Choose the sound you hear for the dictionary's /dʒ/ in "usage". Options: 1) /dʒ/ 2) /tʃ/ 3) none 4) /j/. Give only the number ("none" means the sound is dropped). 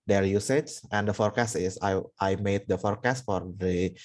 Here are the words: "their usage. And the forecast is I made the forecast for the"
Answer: 2